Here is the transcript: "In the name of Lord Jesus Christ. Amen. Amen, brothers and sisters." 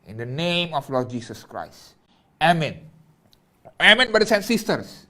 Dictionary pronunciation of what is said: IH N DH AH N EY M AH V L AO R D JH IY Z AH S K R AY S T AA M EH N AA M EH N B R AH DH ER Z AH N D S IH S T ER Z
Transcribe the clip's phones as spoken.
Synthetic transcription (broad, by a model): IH N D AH N EY M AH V L AO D JH IY S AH S K R AY S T AA M EH N AA M EH N B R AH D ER S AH N S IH S T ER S